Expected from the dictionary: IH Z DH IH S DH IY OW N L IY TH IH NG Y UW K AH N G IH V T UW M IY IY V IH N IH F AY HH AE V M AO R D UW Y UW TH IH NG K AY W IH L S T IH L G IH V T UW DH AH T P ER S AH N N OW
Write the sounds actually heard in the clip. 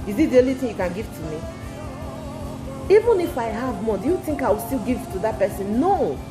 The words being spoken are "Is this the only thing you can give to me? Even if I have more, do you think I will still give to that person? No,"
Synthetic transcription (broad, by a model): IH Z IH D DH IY OW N L IY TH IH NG Y UW K AH N G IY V T UW M IY IY V IH N IH F AY HH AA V M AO D UW Y UW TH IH NG K AY W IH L S T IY L G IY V T UW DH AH T P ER S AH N N OW